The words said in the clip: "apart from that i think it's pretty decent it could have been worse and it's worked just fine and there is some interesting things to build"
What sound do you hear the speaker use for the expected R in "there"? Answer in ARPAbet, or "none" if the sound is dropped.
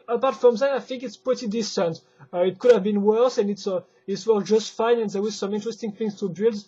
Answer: W